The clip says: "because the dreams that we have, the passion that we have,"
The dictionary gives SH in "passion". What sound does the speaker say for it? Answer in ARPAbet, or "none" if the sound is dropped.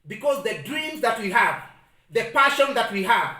SH